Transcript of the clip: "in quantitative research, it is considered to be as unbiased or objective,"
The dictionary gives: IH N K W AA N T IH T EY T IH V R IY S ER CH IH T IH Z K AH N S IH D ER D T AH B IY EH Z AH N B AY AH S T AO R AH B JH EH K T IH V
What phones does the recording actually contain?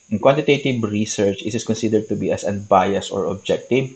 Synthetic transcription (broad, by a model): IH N K W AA N T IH T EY T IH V R IY S ER CH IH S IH S K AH N S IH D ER D T AH B IY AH S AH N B AY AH S AO R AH B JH EH K T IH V